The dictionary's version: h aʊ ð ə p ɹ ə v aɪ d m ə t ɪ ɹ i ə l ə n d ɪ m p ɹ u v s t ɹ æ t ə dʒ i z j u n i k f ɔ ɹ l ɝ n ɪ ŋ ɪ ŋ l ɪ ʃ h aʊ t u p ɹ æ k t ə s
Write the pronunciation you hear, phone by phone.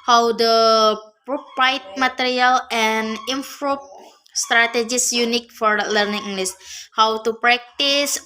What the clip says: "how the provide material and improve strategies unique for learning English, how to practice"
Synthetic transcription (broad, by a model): h aʊ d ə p ɹ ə p aɪ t m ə t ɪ ɹ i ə l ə n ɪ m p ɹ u p s t ɹ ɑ t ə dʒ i s j u n i k f ɔ ɹ l ɝ n ɪ ŋ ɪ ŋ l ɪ s h aʊ t u p ɹ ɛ k t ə s